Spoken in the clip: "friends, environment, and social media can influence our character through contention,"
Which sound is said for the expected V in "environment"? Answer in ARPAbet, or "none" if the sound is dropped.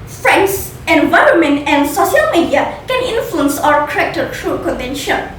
V